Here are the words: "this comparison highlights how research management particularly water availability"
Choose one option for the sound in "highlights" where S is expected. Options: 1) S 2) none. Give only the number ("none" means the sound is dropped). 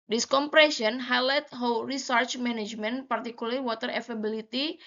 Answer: 2